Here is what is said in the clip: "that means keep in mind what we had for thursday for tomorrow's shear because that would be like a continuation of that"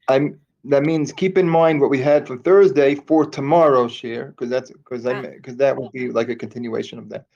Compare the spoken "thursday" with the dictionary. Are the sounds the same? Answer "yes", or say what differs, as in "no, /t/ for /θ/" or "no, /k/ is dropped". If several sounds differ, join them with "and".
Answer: yes